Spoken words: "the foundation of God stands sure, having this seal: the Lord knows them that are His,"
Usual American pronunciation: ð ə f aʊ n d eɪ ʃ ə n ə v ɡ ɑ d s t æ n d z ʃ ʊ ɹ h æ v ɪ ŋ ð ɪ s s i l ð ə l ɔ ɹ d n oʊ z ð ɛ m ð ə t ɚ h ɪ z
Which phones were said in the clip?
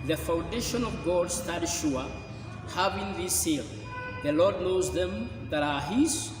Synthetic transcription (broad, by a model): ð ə f aʊ n d eɪ ʃ ə n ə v ɡ ɑ d s t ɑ d ʃ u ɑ h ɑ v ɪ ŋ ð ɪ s s i l ð ə l ɔ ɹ d n oʊ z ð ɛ m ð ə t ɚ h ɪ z